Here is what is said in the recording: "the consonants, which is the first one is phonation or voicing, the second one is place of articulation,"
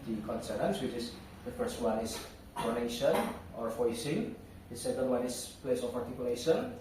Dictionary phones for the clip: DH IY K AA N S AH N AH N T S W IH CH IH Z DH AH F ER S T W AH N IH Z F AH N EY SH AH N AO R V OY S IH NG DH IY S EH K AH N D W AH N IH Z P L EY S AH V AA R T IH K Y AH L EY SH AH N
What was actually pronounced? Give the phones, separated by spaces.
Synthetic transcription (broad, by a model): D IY K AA N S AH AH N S W IH CH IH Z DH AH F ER S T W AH N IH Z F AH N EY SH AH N AO R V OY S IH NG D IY S EH K AH N D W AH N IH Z P L EY S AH P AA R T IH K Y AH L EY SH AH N